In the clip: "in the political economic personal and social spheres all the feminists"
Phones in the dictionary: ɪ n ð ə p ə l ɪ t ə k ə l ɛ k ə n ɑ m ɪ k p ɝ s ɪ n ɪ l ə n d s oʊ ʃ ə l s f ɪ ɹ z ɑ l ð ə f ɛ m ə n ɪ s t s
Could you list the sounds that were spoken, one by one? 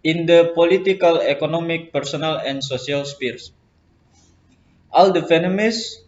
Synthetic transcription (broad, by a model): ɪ n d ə p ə l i t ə k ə l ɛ k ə n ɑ m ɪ k p ɝ s ɪ n ɪ l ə n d s oʊ s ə l s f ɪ ɹ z ɑ l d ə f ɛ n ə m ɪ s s